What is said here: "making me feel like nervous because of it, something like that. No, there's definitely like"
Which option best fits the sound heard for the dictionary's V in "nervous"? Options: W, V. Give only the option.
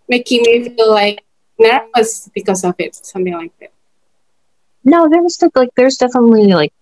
W